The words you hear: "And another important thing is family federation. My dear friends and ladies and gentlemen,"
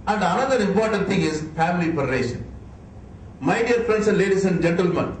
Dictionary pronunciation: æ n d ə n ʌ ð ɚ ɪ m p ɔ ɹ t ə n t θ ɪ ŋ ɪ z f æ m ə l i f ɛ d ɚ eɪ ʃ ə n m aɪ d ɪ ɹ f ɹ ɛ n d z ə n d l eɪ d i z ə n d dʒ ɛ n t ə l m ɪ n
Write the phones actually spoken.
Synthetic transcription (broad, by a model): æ n d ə n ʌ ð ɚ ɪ m p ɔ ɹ t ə n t t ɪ ŋ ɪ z f æ m ə l i p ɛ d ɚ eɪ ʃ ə n m aɪ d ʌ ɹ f ɹ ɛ n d s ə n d l eɪ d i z ə n d dʒ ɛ n t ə l m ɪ n